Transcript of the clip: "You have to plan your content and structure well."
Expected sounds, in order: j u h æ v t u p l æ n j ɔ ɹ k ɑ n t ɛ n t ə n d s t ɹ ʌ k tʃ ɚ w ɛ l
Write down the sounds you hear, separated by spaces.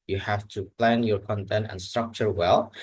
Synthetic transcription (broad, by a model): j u h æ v t u p l æ n j ɔ ɹ k ɑ n t ɛ n t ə n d s t ɹ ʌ k tʃ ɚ w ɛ l